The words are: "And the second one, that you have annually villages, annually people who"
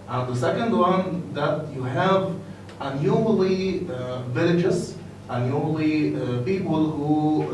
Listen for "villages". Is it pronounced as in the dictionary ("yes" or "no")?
no